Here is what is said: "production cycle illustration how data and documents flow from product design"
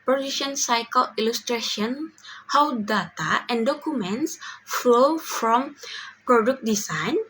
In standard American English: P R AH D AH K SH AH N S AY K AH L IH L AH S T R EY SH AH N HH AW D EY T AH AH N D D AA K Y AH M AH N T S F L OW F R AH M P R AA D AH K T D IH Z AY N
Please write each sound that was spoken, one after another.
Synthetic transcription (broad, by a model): P R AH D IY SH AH N S AY K AH L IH L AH S T R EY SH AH N HH AW D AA T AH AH N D D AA K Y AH M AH N T S F L OW F R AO M P R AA D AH K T D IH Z AY N